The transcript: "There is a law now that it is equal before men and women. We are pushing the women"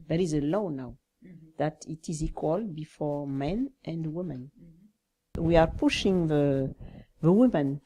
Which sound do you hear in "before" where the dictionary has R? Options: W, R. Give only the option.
R